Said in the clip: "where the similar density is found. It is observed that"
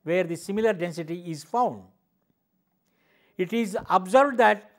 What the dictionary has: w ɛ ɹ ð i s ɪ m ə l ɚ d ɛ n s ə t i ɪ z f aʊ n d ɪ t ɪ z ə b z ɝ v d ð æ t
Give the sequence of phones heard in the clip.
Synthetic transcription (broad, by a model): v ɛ ɹ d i s ɪ m ə l ɚ d ɛ n s ə t i ɪ z f aʊ n d ɪ t ɪ z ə b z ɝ b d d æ t